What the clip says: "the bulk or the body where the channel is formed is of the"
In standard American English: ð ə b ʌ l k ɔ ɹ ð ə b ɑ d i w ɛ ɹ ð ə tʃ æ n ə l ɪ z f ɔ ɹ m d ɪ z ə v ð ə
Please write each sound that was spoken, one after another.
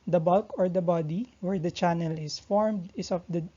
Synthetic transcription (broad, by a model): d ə b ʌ l k ɔ ɹ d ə b ɑ d i w ɛ ɹ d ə tʃ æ n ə l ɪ s f ɔ ɹ m d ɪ s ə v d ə